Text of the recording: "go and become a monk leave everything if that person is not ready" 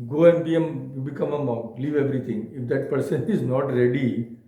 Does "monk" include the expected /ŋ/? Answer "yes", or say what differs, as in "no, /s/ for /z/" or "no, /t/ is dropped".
no, /ŋ/ is dropped